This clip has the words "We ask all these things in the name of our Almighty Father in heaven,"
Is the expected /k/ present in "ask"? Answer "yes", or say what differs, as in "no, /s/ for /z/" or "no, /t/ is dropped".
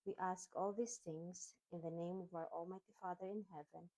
yes